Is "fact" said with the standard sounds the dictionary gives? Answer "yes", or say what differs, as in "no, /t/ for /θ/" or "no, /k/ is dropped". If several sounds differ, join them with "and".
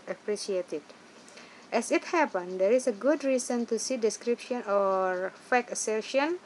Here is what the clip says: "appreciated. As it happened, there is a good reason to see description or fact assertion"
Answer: no, /t/ is dropped